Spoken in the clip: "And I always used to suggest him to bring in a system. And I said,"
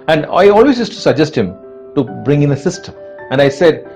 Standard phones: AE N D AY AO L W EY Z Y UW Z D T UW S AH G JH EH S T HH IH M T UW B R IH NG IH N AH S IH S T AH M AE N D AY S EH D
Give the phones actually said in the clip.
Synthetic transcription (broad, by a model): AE N D AY AO L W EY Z Y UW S T UW S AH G JH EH S T HH IH M T UW B R IH NG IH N AH S IH S T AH AE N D AY S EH D